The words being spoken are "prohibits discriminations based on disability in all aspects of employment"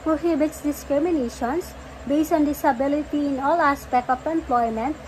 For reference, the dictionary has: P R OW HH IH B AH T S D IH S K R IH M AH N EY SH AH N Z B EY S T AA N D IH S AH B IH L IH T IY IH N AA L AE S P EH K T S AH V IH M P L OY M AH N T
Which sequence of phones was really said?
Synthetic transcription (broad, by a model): P R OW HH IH B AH T S D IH S K R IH M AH N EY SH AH N S B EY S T AA N D IH S AH B IH L IH T IY IH N AA L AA S P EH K T AH P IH M P L OY M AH N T